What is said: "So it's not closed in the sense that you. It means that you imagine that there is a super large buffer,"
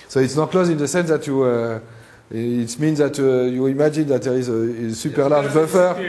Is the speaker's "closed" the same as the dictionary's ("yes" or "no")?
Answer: no